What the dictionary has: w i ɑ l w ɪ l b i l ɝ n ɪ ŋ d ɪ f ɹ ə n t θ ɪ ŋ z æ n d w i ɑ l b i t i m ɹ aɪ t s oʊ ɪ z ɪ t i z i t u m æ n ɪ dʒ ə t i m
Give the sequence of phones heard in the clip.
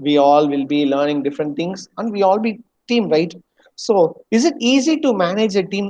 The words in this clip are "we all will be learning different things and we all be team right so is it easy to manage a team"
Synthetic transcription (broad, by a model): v i ɑ l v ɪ l b i l ɝ n ɪ ŋ d ɪ f ɹ ə n t t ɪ ŋ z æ n d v i ɑ l b i t i m ɹ aɪ t s oʊ ɪ z ɪ t i z i t u m æ n ɪ dʒ ə t i m